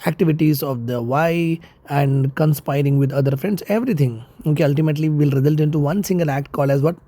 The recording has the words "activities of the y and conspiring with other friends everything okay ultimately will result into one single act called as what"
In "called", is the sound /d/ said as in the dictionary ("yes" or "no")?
no